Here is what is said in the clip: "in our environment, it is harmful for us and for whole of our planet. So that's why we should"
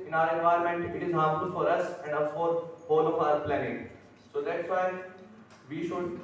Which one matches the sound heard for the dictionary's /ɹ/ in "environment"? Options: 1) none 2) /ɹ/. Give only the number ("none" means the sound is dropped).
1